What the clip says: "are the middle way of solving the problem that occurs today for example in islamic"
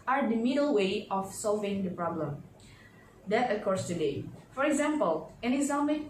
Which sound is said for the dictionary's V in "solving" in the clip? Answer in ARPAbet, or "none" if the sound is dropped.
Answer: V